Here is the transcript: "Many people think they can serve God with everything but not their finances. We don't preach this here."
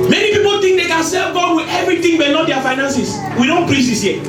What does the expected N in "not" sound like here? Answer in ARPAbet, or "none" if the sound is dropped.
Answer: L